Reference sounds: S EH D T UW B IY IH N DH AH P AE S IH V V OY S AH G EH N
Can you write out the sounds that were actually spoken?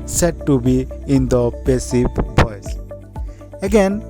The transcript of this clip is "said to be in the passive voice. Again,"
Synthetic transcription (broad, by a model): S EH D T UW B IY IH N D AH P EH S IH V P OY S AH G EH N